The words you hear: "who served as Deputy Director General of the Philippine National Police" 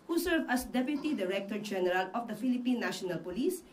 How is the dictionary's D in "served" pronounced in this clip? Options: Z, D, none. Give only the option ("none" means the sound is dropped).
none